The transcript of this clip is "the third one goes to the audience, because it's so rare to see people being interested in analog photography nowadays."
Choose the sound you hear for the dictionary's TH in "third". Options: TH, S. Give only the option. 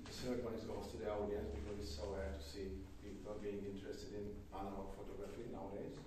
S